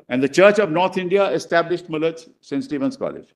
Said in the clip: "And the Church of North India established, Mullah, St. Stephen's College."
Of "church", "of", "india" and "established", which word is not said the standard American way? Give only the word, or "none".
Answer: none